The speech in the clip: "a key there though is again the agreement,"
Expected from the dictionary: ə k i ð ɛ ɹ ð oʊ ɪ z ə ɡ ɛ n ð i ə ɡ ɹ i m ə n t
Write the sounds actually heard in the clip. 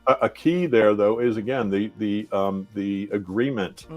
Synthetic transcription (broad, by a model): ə k i ð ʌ ɹ ð oʊ ɪ z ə ɡ ɛ n ð i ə ɡ ɹ i m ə n t